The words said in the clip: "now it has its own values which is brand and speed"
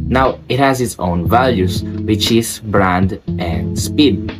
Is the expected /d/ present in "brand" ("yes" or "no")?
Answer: yes